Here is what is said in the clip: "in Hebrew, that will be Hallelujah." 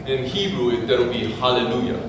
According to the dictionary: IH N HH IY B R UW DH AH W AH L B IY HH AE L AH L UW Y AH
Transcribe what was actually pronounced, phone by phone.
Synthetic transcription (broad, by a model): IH N HH IY B R UW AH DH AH W B IY HH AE L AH L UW Y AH